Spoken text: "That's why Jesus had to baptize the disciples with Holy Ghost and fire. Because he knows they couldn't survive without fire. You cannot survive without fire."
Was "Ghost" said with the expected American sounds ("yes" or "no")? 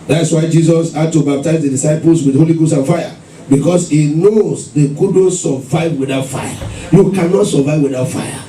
no